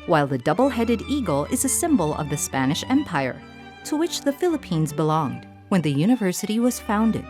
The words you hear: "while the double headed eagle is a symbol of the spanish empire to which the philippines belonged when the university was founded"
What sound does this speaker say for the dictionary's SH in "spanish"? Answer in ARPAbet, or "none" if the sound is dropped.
SH